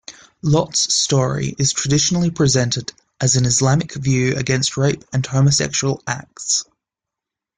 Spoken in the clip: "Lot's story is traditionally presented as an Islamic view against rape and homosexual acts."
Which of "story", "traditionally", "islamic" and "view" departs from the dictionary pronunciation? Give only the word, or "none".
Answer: none